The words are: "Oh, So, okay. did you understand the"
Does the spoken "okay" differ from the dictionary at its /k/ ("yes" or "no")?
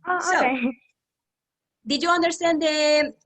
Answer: yes